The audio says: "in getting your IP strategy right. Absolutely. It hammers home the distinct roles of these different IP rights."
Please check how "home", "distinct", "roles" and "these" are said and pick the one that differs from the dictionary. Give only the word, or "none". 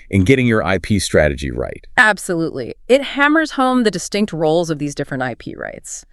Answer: none